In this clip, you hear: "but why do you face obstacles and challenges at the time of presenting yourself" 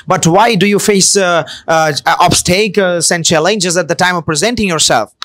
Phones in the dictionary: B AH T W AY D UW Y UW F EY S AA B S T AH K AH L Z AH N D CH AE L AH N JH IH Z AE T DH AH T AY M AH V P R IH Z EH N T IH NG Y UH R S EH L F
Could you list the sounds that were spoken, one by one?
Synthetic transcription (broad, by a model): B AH T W AY D UW Y UW F EY S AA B S T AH AH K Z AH N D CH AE L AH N JH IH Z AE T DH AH T AY M AH V P R IH Z EH N T IH NG Y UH R S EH L F